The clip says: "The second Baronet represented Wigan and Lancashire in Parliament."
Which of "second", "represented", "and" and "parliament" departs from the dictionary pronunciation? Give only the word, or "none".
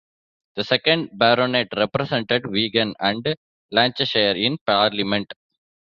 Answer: represented